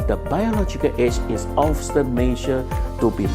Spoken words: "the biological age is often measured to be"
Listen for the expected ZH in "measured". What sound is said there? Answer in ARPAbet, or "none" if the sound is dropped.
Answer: SH